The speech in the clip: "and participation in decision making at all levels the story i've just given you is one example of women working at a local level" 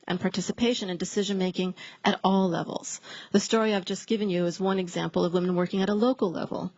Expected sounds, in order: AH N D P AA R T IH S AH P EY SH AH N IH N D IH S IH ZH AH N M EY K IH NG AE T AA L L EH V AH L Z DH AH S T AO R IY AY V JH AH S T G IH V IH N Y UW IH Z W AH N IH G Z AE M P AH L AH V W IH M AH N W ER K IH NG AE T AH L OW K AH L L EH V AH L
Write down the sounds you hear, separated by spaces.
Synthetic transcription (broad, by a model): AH N P AA R T IH S AH P EY SH AH N IH N D IH S IH ZH AH N M EY K IH NG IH T AA L L EH V L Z DH AH S T AO R IY AY V JH AH S G IH V IH N Y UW IH Z W AH N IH G Z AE M P L AH V W IH M AH N W ER K IH NG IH T AH L OW K L L EH V L